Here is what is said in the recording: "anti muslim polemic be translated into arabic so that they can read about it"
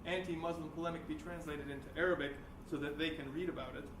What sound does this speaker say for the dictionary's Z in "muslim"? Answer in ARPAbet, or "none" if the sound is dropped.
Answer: Z